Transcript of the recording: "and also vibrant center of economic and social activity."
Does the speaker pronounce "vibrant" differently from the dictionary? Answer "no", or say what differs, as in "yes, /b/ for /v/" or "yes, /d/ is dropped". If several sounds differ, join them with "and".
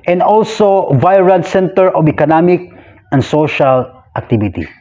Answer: yes, /b/ is dropped